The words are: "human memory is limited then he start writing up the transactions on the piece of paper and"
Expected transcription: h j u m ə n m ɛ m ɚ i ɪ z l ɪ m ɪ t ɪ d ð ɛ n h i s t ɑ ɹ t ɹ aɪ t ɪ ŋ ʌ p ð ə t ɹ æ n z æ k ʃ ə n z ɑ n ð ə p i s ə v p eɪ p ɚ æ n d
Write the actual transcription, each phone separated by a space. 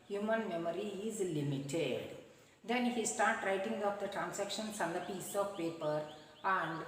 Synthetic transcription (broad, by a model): h j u m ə n m ɛ m ɚ i ɪ z l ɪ m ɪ t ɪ d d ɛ n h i s t ɑ ɹ t ɹ aɪ t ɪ ŋ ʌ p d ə t ɹ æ n s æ k ʃ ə n s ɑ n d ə p i s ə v p eɪ p ɚ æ n d